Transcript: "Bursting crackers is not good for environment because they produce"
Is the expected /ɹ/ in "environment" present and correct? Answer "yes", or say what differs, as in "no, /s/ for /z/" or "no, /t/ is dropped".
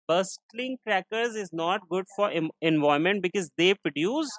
no, /ɹ/ is dropped